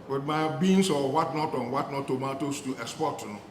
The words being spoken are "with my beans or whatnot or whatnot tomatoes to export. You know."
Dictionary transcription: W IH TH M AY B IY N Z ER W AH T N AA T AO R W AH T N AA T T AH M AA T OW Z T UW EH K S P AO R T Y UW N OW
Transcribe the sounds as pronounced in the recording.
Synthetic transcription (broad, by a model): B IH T M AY B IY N S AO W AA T N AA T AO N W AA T N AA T T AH M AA T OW S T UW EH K S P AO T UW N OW